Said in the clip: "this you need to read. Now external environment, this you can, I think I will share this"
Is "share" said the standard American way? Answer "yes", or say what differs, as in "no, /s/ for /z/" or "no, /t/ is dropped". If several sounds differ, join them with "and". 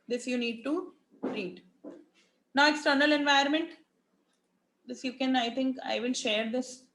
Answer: yes